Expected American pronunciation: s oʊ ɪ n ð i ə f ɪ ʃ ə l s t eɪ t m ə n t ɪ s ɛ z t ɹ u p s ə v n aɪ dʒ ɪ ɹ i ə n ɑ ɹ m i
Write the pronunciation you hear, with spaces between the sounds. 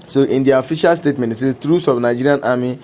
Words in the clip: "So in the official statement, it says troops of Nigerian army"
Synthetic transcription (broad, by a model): s oʊ ɪ n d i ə f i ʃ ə l s t eɪ t m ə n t ɪ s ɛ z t ɹ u s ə b n aɪ dʒ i ɹ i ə n ɑ m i